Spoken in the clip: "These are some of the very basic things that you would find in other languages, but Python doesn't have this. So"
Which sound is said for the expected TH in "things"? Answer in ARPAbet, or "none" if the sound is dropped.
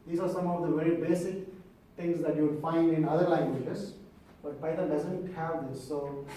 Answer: T